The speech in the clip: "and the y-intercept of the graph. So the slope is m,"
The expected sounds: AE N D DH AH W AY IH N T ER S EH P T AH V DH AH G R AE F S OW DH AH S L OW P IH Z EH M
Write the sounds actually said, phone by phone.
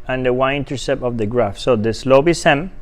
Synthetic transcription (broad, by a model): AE N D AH W AY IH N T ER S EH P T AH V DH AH G R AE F S OW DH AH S L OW B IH S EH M